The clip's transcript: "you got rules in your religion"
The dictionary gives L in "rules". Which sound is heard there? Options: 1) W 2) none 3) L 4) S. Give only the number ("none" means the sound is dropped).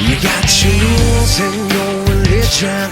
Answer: 2